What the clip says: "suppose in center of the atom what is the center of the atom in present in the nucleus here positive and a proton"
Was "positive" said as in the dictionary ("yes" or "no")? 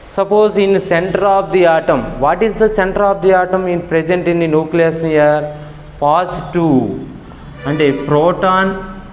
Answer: no